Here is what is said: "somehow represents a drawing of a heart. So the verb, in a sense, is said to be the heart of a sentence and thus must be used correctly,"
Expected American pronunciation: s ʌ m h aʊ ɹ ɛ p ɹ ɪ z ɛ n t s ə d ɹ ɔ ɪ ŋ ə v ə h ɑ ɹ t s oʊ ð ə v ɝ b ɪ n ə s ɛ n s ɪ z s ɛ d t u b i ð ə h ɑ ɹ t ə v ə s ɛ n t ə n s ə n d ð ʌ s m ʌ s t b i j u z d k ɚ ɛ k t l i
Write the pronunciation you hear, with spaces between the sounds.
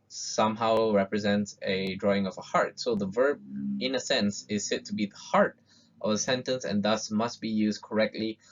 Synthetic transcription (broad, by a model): s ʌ m h aʊ ɹ ɛ p ɹ ɪ z ɛ n t s ə d ɹ ɔ ɪ ŋ ə v ə h ɑ ɹ t s oʊ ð ə v ɝ b ɪ n ə s ɛ n s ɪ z s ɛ t u b i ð ə h ɑ ɹ t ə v ə s ɛ n t ə n s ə n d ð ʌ s m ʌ s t b i j u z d k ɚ ɛ k t l i